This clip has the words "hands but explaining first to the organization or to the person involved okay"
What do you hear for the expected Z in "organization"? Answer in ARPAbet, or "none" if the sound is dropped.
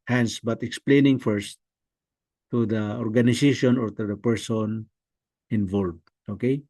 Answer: S